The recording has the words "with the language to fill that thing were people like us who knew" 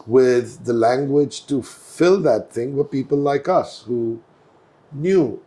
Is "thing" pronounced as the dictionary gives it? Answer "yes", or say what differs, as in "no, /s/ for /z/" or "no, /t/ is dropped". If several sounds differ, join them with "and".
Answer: yes